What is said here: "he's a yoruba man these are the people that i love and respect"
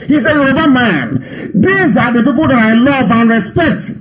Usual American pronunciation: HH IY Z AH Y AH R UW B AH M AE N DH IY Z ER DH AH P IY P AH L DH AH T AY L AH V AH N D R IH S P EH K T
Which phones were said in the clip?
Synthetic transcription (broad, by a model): HH IY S AH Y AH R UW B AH M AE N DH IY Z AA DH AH P IY P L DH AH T AY L AH V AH N R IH S P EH K T